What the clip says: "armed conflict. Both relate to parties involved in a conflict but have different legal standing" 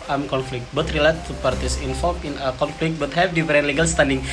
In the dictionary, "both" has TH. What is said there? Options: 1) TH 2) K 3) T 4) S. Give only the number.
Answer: 3